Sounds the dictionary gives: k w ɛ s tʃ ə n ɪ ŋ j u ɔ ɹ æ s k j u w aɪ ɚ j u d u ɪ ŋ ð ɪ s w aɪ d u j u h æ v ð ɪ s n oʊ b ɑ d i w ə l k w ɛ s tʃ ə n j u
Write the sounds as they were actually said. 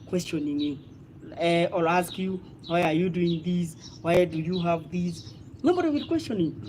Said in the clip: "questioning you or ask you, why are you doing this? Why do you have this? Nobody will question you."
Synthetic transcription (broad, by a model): k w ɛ s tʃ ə n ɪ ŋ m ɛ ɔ l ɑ s k j u w aɪ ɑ j u d u ɪ ŋ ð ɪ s w aɪ d u j u h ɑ v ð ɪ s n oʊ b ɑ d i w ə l k w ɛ s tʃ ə n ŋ